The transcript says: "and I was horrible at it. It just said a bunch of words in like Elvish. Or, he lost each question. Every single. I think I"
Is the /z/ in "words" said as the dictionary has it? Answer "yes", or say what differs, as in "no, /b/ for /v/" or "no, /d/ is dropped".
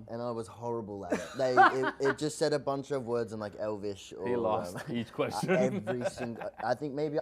yes